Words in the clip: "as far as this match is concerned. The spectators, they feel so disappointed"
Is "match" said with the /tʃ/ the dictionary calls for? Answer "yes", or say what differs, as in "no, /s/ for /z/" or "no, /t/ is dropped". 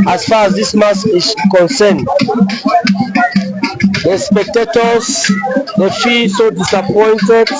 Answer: no, /s/ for /tʃ/